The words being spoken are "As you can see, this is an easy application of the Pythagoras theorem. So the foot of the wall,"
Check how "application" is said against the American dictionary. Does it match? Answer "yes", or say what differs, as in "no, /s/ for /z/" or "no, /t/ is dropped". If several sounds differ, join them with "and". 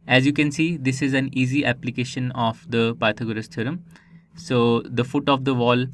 yes